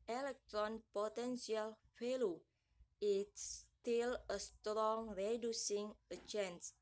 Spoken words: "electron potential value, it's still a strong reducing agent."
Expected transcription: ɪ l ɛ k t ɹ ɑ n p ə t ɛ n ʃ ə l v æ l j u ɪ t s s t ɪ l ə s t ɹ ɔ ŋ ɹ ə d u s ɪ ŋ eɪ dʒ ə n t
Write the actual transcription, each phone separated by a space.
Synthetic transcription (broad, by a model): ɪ l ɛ k t ɹ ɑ n p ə t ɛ n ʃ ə l f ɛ l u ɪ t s s t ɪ l ə s t ɹ ɔ ŋ ɹ ə d u s ɪ ŋ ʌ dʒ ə n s